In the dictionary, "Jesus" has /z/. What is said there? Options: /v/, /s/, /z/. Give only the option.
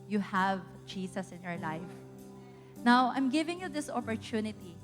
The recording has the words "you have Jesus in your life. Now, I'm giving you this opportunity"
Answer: /s/